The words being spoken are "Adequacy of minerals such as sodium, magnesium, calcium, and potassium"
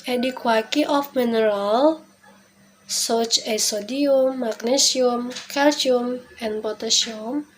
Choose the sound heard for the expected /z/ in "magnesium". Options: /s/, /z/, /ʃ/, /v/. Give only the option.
/s/